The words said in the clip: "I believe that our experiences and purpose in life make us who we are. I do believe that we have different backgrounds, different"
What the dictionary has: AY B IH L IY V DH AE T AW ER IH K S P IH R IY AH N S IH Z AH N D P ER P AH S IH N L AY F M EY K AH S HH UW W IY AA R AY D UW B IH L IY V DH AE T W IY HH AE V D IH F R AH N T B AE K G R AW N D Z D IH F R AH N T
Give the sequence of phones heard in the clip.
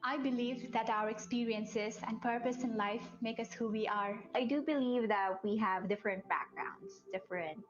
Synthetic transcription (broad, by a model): AY B IH L IY V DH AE T AW ER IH K S P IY R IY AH N S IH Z AH N D P ER P AH S IH N L AY F M EY K AH S HH UW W IY AA R AY D UW B IH L IY V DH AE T W IY HH AE V D IH F R AH N T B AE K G R AW N D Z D IH F R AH N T